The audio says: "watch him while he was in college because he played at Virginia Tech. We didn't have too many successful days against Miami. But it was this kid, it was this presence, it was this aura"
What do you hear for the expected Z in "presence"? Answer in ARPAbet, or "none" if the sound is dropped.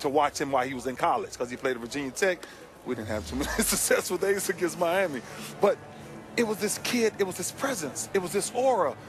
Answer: Z